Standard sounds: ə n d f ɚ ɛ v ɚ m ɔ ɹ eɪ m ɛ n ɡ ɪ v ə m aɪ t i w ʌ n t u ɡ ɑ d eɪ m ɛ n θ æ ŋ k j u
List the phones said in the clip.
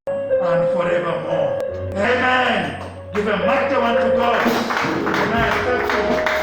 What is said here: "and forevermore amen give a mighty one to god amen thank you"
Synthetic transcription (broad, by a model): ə n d f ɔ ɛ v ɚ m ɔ eɪ m ɛ n ɡ ɪ v ə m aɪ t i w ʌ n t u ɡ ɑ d eɪ m ɛ n f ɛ k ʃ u